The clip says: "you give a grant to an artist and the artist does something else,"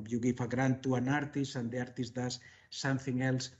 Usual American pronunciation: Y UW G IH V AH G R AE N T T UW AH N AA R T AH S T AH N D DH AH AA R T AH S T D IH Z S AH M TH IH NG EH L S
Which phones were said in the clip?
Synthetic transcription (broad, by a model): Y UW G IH F AH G R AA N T T UW AH N AA R T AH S AH N D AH AA R T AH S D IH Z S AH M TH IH NG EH L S